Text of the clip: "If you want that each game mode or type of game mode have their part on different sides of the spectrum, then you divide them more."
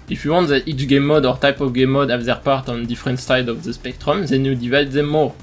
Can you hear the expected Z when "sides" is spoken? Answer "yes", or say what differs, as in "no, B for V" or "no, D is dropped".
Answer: no, Z is dropped